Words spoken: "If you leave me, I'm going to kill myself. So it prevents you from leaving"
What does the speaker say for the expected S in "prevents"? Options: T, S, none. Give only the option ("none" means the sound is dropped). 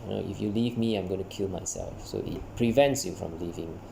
S